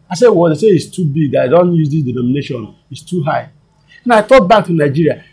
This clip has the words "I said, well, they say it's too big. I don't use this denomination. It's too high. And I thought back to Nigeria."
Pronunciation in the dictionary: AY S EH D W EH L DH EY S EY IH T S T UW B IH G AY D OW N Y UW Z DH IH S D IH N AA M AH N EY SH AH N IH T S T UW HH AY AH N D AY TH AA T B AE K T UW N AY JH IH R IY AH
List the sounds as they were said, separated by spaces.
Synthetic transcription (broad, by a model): AY S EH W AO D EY S EY IH T S T UW B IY G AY D OW N Y UW Z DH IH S D IH N AA M AH N EY SH AH N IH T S T UW HH AY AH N AY T AA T B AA K T UW N AY JH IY R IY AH